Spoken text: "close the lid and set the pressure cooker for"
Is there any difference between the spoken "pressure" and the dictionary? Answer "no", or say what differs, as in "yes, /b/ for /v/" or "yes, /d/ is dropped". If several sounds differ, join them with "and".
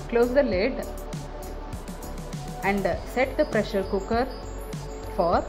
no